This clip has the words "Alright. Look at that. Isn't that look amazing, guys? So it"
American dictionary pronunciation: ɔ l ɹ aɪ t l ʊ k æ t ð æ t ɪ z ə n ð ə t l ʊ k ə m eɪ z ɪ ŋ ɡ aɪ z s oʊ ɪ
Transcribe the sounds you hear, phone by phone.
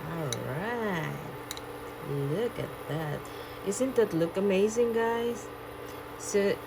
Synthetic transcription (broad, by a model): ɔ l ɹ aɪ t l ʊ k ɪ t ð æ t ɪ s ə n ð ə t l ʊ k ə m eɪ z ɪ ŋ ɡ aɪ z s oʊ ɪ